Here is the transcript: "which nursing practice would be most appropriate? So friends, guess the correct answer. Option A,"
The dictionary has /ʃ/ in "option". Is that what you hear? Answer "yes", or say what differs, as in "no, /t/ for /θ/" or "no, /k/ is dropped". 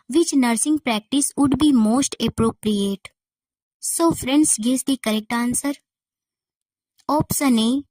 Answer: no, /s/ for /ʃ/